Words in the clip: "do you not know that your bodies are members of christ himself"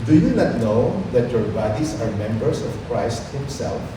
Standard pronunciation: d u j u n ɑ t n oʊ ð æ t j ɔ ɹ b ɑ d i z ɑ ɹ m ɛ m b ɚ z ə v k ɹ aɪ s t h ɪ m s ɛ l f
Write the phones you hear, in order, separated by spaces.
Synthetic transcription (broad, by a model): d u j u n ɑ t n oʊ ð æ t j ɔ ɹ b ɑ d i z ɑ ɹ m ɛ m b ɚ s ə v k ɹ aɪ s t h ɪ m s ɛ l f